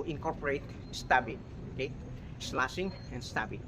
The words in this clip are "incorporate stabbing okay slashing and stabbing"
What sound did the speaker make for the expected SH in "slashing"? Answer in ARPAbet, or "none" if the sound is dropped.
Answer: S